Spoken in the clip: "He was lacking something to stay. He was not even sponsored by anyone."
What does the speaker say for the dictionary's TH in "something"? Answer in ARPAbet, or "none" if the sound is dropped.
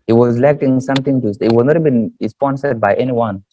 T